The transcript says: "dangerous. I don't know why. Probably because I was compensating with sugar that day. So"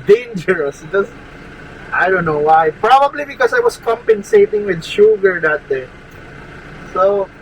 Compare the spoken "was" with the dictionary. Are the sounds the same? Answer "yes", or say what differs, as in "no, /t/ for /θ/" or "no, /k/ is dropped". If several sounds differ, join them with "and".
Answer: no, /s/ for /z/